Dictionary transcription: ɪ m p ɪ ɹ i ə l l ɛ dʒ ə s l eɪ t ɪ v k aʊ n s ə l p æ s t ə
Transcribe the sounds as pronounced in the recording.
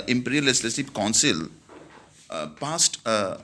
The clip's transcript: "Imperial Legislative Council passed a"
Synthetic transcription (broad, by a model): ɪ m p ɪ ɹ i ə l l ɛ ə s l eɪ s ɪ p k aʊ n s ə l p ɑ s t